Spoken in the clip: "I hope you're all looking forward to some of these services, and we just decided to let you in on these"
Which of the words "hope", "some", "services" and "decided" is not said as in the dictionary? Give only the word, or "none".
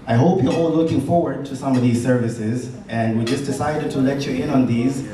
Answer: none